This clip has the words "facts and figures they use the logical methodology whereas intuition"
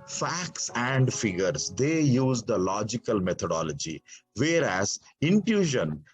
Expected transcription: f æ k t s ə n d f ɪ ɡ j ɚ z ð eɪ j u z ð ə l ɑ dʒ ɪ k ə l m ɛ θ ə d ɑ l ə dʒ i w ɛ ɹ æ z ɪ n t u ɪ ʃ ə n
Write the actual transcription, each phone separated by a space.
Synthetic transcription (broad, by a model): f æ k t s ə n d f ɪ ɡ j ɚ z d eɪ j u z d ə l ɑ dʒ ɪ k ə l m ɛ t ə d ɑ l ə dʒ i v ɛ ɹ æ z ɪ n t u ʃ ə n